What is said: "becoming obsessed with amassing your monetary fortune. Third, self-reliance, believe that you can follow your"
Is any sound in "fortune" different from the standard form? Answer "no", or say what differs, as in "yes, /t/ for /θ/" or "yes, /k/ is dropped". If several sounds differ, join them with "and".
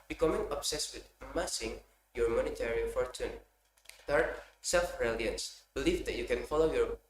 no